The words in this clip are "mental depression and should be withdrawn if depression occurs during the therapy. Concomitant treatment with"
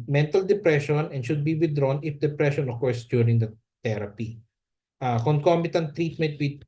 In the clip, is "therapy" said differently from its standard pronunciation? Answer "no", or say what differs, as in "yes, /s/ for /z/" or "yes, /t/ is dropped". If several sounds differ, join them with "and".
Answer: yes, /t/ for /θ/